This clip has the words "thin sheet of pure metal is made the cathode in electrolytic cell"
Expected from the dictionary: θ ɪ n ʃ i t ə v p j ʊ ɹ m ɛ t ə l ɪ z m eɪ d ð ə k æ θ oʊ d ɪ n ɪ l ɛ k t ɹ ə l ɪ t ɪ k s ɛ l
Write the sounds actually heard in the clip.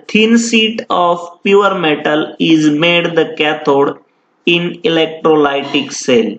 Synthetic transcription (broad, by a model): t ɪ n s i t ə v p j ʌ ɹ m ɛ t ə l ɪ z m eɪ d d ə k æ t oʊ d ɪ n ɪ l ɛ k t ɹ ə l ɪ t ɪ k s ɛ l